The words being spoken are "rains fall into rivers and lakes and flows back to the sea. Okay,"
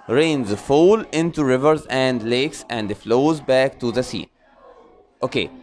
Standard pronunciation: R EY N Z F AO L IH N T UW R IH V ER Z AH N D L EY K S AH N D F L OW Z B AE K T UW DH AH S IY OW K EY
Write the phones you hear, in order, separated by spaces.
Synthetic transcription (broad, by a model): R EY N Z F AO L IH N T UW R IH V ER Z AH N D L EY K S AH N D F L OW Z B AE K T UW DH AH S IY OW K EY